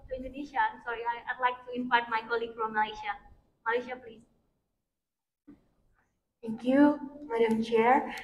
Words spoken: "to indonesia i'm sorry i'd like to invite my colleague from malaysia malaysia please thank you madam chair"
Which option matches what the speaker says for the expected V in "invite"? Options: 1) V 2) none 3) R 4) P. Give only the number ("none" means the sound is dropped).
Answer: 4